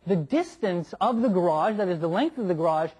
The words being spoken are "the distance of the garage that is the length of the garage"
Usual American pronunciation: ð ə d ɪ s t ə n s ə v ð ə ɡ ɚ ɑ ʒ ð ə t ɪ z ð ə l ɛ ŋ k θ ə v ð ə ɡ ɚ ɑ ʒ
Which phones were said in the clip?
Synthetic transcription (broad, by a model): ð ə d ɪ s t ə n s ə v ð ə ɡ ɚ ɑ ʒ ð ə t ɪ z ð ə l ɛ ŋ k θ ə v ð ə ɡ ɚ ɑ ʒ